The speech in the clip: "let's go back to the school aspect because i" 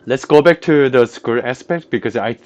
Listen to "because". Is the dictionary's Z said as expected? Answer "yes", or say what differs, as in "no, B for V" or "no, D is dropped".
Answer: no, S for Z